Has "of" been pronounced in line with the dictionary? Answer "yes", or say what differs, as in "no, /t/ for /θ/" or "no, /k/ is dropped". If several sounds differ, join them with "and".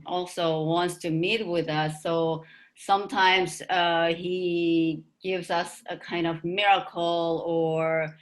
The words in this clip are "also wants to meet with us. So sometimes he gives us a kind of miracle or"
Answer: yes